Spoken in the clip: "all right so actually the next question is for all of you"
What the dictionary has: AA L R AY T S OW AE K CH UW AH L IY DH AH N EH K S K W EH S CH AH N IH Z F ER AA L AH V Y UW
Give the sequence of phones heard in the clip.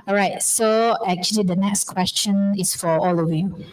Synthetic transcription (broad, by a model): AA R AY T S OW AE K CH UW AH L IY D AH N EH K S K W EH S CH AH N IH S F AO AA L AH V Y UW